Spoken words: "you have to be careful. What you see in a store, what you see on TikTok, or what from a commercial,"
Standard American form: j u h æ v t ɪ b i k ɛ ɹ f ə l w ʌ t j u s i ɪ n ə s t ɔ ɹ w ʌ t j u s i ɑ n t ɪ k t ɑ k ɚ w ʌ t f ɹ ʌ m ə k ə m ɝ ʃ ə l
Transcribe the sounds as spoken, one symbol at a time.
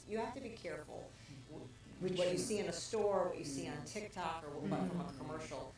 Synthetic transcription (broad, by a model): j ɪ h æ f t ɪ b i k ɛ ɹ f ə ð w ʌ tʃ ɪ s i ɪ n ə s t ɔ ɹ w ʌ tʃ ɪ s i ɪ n t ɪ k t ɑ k ɚ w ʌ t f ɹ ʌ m ə k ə m ɝ ʃ l